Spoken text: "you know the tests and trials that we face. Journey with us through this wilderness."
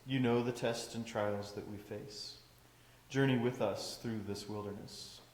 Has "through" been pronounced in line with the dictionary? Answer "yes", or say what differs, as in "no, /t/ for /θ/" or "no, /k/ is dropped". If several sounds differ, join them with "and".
yes